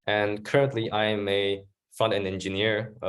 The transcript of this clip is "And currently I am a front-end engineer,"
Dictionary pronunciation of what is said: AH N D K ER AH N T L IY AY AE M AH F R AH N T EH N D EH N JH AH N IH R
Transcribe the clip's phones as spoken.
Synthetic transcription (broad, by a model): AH N K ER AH N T L IY AY M AH F R AH N T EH N EH N JH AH N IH R